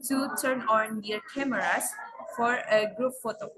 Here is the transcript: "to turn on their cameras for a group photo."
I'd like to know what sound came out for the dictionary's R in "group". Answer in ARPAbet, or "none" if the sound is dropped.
R